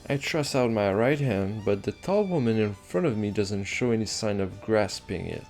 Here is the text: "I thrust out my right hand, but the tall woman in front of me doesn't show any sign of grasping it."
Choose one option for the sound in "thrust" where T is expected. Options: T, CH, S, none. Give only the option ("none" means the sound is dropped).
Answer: none